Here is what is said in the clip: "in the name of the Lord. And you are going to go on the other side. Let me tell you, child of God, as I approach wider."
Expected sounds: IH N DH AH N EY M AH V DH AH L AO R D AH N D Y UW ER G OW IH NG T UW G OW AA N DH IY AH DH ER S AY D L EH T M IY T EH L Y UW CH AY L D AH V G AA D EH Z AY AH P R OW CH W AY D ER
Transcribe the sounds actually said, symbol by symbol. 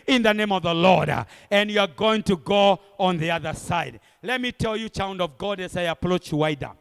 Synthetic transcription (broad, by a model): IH N DH AH N EY M AH V DH AH L AO R D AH N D Y UW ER G OW IH NG T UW G OW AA N DH IY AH DH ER S AY D L EH T M IY T EH L Y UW CH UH N D AH V G AA D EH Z AY AH P R OW CH W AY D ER